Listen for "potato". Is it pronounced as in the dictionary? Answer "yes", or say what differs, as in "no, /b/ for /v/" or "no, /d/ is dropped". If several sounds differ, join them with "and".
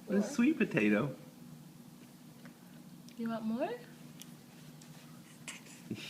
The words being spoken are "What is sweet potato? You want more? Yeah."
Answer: yes